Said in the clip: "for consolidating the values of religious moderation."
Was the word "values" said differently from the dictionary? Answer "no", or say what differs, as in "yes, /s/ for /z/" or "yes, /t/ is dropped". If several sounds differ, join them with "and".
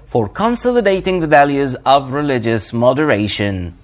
no